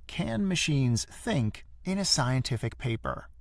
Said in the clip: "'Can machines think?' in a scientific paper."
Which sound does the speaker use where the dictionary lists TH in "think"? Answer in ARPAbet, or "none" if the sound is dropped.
TH